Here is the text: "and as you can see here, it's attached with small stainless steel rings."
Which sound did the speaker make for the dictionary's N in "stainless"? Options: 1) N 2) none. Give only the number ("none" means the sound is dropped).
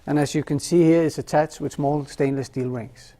1